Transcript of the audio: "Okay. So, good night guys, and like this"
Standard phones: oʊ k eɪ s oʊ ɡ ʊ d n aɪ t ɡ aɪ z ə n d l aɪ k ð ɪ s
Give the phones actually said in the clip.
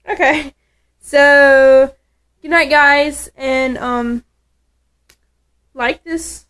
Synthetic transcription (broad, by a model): oʊ k eɪ s oʊ ɡ ʊ d n aɪ t ɡ aɪ z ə n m l aɪ k ð ɪ s